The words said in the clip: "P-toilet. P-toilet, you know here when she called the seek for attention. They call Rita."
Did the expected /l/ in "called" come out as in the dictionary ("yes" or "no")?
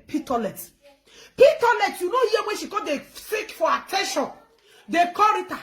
no